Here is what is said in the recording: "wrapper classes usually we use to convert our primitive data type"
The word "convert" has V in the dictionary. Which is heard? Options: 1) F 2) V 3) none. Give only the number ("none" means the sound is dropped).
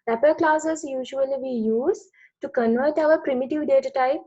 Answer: 2